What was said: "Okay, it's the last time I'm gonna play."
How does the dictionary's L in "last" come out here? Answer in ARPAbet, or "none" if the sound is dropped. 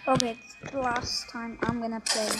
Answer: L